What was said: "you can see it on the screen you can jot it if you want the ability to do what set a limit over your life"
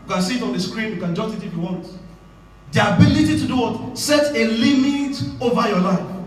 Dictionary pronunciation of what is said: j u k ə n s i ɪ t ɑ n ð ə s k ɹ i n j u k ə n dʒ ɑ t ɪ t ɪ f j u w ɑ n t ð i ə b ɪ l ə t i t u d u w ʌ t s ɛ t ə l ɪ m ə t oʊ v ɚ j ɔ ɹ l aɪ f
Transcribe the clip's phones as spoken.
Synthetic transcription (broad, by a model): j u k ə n s i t ɑ n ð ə s k ɹ i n j u k ə n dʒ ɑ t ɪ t ɪ f j u w ɑ n t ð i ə b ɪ l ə t i t u d u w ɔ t s ɛ t ə l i m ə t oʊ v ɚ j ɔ l aɪ f